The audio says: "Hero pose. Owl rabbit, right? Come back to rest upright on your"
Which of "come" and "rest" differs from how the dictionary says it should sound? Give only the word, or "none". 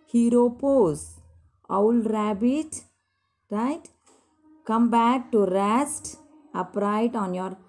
none